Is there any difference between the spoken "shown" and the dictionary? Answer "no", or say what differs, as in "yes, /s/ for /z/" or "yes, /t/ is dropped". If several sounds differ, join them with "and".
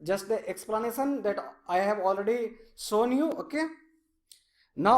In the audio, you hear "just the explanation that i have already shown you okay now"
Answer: yes, /s/ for /ʃ/